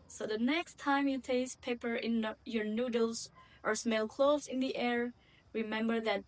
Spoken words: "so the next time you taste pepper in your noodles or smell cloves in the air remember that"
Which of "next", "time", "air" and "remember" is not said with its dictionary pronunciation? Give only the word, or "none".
none